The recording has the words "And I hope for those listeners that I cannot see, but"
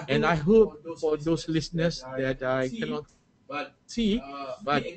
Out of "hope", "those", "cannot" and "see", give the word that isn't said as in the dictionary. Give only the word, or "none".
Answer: those